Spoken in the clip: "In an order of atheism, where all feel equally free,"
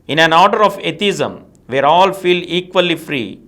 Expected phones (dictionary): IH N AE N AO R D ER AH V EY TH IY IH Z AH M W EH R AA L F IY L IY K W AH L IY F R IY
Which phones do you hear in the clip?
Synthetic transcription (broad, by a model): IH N AE N AO R D ER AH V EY T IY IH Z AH M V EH R AA L F IY L IY K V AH L IY F R IY